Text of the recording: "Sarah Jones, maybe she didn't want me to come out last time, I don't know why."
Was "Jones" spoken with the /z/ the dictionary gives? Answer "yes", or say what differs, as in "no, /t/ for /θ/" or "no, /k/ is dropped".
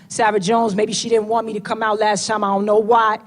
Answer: yes